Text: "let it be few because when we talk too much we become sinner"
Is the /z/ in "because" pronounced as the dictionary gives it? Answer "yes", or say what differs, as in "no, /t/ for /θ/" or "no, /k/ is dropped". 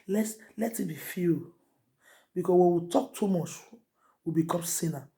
no, /s/ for /z/